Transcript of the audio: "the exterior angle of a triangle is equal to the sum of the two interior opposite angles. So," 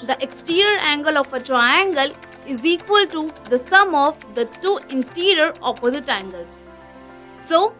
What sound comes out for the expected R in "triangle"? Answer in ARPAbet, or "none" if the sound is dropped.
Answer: R